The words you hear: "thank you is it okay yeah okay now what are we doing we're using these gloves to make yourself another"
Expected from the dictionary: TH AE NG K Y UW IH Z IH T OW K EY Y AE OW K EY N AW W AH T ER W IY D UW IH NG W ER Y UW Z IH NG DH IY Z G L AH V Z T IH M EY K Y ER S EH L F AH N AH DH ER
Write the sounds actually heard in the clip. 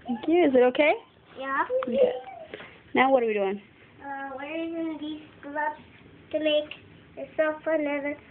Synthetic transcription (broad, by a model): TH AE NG K Y UW IH Z IH T OW K EY Y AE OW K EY N AW W AH T ER W IY D UW IH NG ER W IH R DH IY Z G L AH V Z T IH M EY K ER S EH F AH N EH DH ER